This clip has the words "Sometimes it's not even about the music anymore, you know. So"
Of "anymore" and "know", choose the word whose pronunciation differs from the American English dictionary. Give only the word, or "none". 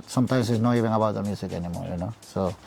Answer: anymore